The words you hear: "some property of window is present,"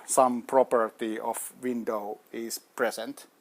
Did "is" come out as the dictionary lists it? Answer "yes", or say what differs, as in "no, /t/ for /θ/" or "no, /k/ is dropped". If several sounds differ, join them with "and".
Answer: no, /s/ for /z/